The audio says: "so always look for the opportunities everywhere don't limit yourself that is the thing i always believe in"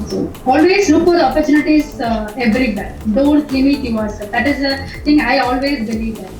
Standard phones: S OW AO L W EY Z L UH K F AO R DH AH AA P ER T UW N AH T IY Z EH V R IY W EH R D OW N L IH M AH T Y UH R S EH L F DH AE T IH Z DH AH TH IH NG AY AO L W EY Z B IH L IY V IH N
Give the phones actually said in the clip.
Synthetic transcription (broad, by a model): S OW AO L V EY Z L UH K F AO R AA P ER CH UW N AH T IY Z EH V R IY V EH R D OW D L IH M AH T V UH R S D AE T IH Z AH T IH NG AY AO L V EY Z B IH L IY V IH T